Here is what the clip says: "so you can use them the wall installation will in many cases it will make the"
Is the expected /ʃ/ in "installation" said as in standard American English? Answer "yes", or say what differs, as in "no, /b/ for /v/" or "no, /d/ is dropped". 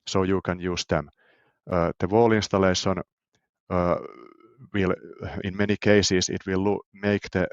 no, /s/ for /ʃ/